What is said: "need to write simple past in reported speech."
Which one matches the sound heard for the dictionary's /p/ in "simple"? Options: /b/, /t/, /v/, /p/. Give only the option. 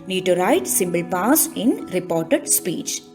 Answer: /b/